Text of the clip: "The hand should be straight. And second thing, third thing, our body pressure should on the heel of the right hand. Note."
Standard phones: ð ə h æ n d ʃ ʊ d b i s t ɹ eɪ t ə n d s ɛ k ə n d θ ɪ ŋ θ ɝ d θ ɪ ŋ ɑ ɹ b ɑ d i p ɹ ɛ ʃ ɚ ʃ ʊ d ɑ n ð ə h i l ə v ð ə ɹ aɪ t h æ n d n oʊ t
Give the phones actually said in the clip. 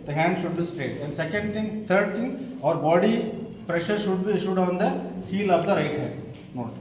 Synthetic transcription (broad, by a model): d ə h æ n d ʃ ʊ d b i s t eɪ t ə n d s ɛ k ə n d t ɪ ŋ t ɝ d t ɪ ŋ ɑ ɹ b ɑ d i p ɹ ɛ ʃ ɚ ʃ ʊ d ɑ n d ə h i l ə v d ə ɹ aɪ t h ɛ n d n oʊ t